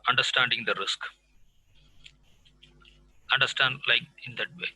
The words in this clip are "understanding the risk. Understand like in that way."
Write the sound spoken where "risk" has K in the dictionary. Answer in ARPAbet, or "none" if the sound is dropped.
K